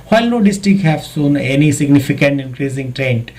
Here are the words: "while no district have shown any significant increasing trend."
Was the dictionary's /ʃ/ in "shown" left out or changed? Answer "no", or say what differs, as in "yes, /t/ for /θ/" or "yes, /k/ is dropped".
yes, /s/ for /ʃ/